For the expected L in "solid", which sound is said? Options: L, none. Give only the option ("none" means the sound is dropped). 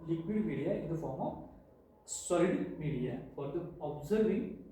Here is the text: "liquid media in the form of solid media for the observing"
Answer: none